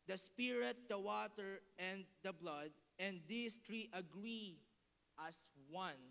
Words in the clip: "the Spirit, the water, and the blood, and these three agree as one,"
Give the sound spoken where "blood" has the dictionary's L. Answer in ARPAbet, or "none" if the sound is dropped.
L